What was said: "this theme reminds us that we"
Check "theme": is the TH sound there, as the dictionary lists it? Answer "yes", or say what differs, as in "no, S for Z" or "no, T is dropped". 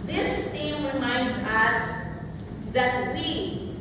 no, T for TH